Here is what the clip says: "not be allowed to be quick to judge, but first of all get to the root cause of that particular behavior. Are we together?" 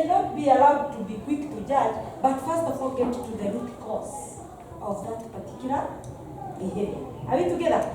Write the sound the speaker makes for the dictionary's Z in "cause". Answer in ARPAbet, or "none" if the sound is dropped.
S